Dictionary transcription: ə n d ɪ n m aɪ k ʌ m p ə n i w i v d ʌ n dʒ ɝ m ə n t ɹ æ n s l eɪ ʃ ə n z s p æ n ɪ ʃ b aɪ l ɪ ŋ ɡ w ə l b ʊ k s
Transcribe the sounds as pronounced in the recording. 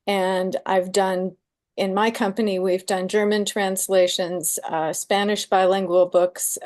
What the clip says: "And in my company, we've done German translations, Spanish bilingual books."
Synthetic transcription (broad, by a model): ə n d ɪ n m aɪ k ʌ m p ə n i w i v d ʌ n dʒ ɝ m ə n t ɹ æ n s l eɪ ʃ ə n z s p æ n ɪ ʃ b aɪ l ɪ ŋ ɡ w ə l b ʊ k s